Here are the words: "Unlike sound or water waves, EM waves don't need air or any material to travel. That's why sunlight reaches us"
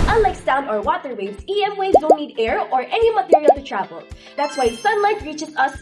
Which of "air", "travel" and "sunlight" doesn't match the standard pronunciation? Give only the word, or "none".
none